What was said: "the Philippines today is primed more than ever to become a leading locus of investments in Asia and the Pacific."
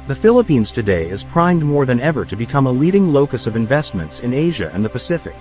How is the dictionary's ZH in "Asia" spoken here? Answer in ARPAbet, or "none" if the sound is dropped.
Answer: ZH